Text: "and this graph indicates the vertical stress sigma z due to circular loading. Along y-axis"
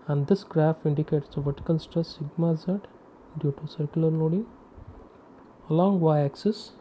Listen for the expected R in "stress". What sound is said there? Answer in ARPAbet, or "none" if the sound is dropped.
none